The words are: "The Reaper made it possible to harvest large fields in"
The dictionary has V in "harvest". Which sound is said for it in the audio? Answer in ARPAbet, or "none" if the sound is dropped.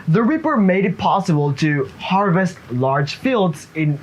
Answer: V